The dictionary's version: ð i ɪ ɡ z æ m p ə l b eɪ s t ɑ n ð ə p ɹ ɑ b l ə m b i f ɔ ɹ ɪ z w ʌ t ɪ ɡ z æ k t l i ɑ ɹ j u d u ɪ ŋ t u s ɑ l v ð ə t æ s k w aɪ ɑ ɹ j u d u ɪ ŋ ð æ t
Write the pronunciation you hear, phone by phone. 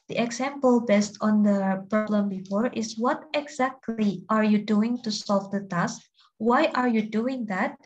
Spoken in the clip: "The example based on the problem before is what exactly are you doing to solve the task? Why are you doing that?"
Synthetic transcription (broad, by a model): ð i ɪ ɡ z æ m p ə l b eɪ s t ɑ n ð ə p ɹ ɑ b l ə m b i f ɔ ɹ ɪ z w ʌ t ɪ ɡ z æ k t l i ɑ ɹ j u d u ɪ ŋ t u s ɑ l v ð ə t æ s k w aɪ ɑ ɹ j u d u ɪ ŋ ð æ t